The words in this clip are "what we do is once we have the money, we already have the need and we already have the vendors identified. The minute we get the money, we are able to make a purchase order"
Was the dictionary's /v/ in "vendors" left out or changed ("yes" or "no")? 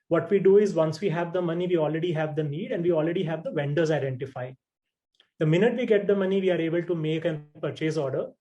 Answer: no